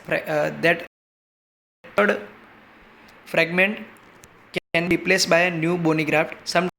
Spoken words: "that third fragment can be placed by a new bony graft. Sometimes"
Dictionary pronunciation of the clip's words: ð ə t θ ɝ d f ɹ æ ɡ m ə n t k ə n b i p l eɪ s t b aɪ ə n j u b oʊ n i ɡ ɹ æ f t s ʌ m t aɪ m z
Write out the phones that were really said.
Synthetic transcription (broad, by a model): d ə t t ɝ d f ɹ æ ɡ m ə n t k ə n b i p l eɪ s t b aɪ ə n j u b oʊ n i ɡ ɹ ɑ f t s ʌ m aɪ m